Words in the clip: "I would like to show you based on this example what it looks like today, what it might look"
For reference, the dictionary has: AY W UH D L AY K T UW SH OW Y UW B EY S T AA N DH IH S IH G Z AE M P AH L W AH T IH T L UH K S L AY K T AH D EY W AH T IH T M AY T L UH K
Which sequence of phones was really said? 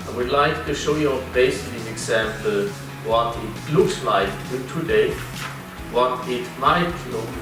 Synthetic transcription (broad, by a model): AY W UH D L AY K T UW SH OW Y UW B EY S IH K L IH IH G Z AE M P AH L W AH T IH T L UH K S L AY K T AH D EY W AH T IH T M AY T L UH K